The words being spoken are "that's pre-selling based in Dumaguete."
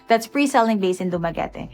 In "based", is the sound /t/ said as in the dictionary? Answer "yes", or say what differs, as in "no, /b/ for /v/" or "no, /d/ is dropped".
no, /t/ is dropped